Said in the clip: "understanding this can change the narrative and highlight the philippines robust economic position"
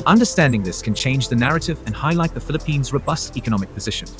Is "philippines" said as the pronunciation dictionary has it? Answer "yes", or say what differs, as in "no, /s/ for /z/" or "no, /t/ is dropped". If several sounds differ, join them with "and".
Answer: yes